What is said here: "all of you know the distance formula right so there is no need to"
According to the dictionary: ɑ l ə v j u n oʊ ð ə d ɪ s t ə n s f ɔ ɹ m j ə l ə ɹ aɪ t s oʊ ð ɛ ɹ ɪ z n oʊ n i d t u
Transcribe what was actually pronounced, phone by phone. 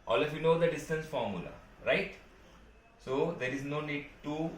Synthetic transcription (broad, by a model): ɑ l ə f j u n oʊ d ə d ɪ s t ə n s f ɔ ɹ m j ə l ə ɹ aɪ t s oʊ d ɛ ɹ ɪ z n oʊ n i d t u